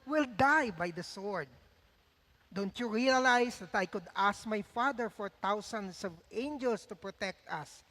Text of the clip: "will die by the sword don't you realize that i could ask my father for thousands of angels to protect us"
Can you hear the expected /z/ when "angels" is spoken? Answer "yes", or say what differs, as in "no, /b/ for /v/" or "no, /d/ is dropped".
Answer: no, /s/ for /z/